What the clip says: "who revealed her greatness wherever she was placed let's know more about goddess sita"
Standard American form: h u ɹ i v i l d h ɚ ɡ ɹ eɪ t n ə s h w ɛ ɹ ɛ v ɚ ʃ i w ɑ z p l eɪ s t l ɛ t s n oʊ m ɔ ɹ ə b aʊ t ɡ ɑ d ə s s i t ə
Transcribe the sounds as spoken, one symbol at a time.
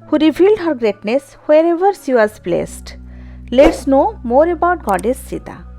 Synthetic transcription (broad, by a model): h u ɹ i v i l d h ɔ ɡ ɹ eɪ t n ə s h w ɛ ɹ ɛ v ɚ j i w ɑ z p l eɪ s t l ɛ t s n oʊ m ɔ ɹ ə b aʊ t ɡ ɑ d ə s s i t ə